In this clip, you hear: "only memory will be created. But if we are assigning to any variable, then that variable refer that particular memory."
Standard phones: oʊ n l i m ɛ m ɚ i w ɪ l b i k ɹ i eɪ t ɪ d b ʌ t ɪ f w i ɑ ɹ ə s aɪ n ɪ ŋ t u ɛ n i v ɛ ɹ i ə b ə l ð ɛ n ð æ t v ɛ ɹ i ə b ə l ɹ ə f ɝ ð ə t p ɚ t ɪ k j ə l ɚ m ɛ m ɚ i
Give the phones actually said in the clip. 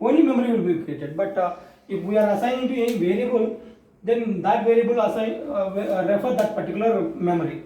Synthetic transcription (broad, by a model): oʊ n l i m ɛ m ɚ i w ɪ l b i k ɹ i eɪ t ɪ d b ʌ t ɪ f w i ɑ ɹ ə s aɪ ɪ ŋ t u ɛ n v ɛ ɹ i ə b ə l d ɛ n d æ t v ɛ ɹ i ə b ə l ɹ ə f ɝ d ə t p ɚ t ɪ k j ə l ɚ m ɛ m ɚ i